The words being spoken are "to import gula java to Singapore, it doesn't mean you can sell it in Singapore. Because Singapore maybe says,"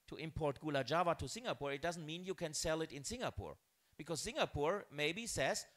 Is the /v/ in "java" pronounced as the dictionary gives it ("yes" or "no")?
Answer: yes